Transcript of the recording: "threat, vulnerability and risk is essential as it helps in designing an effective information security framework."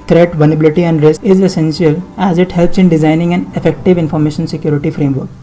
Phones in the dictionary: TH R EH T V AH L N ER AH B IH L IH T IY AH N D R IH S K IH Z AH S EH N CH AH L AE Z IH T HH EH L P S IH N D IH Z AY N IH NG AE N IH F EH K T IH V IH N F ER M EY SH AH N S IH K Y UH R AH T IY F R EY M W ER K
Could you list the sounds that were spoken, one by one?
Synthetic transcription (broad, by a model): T R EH T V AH N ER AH B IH L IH T IY AH N D R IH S IH Z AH S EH N S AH L AE Z IH T HH EH L P S IH N D IH Z AY N IH NG AE N IH F EH K T IH V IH N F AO M EY SH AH N S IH K Y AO R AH T IY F R EY M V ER K